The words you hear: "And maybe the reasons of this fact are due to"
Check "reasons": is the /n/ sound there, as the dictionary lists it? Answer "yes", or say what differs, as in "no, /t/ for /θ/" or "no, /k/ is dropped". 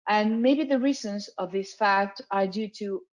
yes